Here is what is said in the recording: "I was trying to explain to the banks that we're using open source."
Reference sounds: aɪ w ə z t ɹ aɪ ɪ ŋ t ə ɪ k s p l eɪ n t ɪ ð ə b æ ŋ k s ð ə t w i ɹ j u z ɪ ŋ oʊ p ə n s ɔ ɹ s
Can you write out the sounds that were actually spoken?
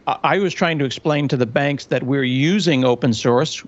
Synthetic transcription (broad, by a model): aɪ w ə z t ɹ aɪ ɪ ŋ t ɪ k s p l eɪ n t ɪ ð ə b æ ŋ k s ð ə t w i ɹ j u z ɪ ŋ oʊ p ə n s ɔ ɹ s